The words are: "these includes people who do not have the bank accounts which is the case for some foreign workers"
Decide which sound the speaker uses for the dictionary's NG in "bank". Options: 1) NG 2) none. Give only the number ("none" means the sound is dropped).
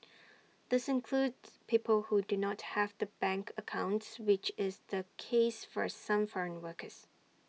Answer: 1